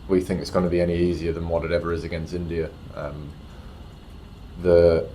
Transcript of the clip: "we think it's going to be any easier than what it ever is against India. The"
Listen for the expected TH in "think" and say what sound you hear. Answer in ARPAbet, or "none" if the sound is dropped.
TH